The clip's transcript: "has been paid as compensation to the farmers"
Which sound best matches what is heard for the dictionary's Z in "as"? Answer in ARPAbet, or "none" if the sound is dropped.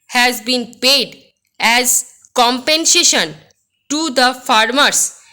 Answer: Z